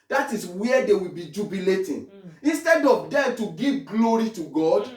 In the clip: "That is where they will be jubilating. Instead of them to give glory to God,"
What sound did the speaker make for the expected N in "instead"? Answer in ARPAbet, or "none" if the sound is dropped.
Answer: N